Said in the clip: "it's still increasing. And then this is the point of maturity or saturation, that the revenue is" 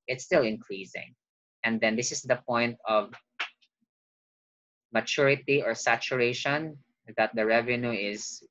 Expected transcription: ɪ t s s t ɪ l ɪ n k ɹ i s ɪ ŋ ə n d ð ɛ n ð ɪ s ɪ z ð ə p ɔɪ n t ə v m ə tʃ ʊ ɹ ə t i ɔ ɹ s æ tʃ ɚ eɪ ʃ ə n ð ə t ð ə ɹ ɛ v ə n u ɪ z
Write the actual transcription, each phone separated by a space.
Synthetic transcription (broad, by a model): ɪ t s s t ɪ l ɪ n k ɹ i s ɪ ŋ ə n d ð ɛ n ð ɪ s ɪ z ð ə p ɔɪ n t ə v m ə tʃ ʊ ɹ ə t i ɔ ɹ s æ tʃ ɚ eɪ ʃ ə n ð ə t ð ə ɹ ɛ v ə n u ɪ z